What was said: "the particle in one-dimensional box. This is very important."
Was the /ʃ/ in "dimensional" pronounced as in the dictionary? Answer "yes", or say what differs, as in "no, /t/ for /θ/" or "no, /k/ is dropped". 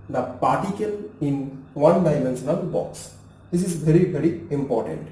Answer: no, /s/ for /ʃ/